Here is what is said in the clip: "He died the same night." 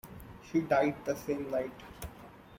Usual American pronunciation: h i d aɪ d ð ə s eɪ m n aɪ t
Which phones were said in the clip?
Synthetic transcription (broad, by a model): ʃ i d aɪ d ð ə s eɪ m l aɪ t